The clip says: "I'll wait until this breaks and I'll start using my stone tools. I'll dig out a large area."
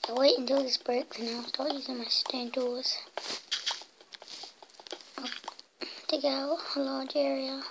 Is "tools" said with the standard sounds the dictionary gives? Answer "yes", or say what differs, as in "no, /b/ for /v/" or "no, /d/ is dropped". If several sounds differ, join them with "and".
no, /l/ is dropped